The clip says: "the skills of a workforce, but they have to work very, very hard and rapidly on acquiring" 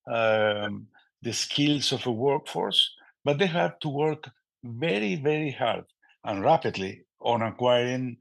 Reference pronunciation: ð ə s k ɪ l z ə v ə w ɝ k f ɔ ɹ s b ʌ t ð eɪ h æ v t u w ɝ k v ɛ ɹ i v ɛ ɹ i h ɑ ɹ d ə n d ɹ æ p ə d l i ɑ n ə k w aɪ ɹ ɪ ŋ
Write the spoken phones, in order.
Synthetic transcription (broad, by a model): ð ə s k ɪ l s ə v ə w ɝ k f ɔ ɹ s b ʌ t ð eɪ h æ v t u w ɝ k v ɛ ɹ i v ɛ ɹ i h ɑ ɹ d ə n ɹ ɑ p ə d l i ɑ n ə k w aɪ ɹ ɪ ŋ